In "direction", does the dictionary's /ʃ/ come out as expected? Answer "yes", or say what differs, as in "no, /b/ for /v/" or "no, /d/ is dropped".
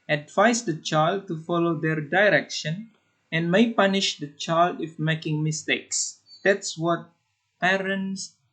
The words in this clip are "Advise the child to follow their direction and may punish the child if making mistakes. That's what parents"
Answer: yes